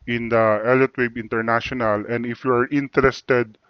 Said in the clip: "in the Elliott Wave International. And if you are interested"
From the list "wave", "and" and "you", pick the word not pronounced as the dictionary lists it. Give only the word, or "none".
wave